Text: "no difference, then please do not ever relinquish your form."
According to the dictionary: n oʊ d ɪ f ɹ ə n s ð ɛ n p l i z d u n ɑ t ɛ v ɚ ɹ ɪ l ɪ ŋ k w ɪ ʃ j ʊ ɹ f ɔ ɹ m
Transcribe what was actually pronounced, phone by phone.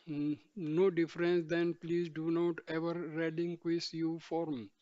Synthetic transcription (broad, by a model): n oʊ d ɪ f ɹ ə n s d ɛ n p l i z d u n ɑ t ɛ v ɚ ɹ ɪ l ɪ ŋ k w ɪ s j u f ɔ ɹ m